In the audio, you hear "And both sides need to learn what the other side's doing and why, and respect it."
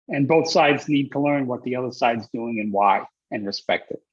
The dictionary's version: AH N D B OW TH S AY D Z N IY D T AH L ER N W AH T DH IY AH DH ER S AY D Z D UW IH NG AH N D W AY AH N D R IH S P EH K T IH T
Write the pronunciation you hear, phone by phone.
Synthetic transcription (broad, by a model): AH N B OW TH S AY D Z N IY D T AH L ER N W AH T DH IY AH DH ER S AY D Z D UW IH NG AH N W AY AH N R IH S P EH K T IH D